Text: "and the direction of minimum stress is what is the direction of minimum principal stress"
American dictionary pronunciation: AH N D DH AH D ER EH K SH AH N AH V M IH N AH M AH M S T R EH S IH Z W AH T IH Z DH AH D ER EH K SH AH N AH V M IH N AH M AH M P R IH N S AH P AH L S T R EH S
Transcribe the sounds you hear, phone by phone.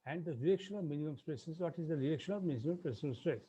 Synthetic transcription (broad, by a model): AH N D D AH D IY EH K SH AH N AH V M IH N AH M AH M S T R EH S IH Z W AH T IH Z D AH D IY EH K SH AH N AH V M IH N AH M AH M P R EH S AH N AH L S T R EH S